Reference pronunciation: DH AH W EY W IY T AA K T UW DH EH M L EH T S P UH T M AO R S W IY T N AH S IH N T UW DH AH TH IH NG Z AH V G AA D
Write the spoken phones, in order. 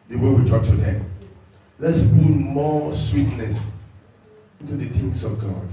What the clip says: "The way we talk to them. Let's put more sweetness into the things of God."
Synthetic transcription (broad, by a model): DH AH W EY W IY T AA K T UW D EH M L EH T S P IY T M AO S W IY T L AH S IH N T UW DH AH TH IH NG S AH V G AA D